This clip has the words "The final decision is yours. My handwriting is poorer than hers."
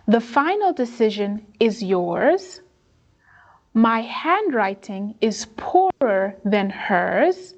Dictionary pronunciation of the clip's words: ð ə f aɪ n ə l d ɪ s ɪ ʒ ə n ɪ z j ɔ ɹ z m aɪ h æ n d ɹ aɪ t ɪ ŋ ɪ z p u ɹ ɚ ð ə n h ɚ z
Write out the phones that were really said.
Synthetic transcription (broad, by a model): ð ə f aɪ n l d ɪ s ɪ ʒ ə n ɪ z j ɔ ɹ z m aɪ h æ n d ɹ aɪ t ɪ ŋ ɪ z p u ɹ ɚ ð ə n h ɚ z